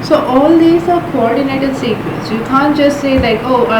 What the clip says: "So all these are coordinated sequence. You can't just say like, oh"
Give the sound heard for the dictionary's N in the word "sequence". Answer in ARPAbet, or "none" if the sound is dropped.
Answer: none